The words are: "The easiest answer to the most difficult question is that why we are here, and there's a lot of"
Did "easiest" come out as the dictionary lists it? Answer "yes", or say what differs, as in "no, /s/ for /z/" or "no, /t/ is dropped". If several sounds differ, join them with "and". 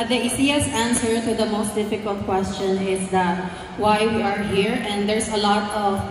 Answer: no, /s/ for /z/ and /t/ is dropped